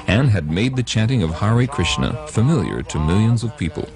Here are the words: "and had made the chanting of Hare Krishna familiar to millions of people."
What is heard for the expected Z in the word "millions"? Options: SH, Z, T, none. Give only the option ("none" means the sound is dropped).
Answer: Z